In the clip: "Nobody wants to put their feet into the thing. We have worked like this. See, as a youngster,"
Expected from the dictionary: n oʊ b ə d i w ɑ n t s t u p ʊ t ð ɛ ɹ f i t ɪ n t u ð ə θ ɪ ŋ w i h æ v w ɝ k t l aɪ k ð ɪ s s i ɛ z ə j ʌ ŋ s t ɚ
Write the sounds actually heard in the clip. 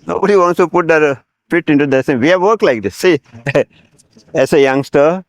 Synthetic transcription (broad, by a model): n oʊ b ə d i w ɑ n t s t u p ʊ t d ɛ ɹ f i t ɪ n t u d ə s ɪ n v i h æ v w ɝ k l aɪ k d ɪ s s i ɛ s ə j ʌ ŋ s t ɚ